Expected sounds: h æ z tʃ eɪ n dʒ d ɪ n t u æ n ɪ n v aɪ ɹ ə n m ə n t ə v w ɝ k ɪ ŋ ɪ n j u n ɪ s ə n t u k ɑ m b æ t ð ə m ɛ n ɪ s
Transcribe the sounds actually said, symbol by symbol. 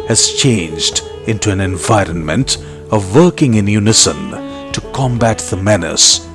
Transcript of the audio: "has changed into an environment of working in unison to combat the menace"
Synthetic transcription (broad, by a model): h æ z tʃ eɪ n dʒ d ɪ n t u æ n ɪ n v aɪ ɹ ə n m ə n t ə v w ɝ k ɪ ŋ ɪ n j u n ɪ s ə n t u k ɑ m b æ t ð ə m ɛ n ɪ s